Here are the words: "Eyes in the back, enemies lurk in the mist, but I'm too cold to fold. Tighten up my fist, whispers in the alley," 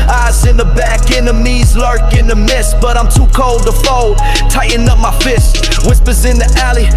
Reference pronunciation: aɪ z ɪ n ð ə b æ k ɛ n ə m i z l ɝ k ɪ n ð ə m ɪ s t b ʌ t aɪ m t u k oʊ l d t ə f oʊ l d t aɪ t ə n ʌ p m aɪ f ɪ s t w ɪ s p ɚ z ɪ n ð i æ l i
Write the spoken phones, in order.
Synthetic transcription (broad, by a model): aɪ z ɪ n ð ə b æ k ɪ n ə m i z l ɝ k ɪ n ð ə m ɪ s t b ʌ t aɪ m t u k oʊ l d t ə f oʊ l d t aɪ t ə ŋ ʌ p m aɪ f ɪ s t w ɪ s p ɚ z ɪ n ð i æ l i